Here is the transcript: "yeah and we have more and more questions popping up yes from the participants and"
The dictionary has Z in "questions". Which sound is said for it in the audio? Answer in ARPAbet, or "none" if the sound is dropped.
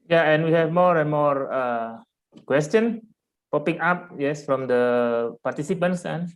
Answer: none